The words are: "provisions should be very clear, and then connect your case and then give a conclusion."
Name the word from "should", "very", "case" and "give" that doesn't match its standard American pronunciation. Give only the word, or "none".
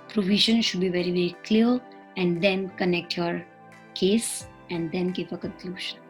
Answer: give